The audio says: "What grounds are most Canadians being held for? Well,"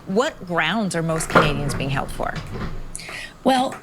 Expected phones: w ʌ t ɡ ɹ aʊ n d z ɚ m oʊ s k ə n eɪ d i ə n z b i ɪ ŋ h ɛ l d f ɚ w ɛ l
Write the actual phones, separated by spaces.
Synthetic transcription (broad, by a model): w ʌ t ɡ ɹ aʊ n d z ɚ m oʊ s k ə n eɪ d i ə n z b i ɪ ŋ h ɛ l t f ɚ w ɛ l